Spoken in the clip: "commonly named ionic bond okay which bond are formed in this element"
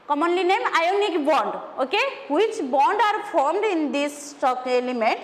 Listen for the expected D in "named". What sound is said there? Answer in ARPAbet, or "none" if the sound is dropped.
none